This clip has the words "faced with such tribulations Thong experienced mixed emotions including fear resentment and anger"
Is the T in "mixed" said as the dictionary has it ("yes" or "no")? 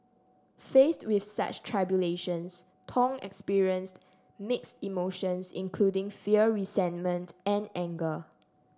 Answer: yes